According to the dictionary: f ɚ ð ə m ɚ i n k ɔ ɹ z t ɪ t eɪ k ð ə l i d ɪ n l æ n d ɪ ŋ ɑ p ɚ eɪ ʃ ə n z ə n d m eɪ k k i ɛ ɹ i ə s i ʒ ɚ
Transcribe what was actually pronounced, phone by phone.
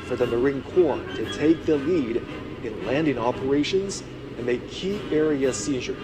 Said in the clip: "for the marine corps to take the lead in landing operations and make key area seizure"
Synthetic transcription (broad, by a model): f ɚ ð ə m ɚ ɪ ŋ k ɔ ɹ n t ɪ t eɪ k ð ə l i d ɪ n l æ n d ɪ ŋ ɑ p ɚ eɪ ʃ ə n z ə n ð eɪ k k i ɛ ɹ i ə s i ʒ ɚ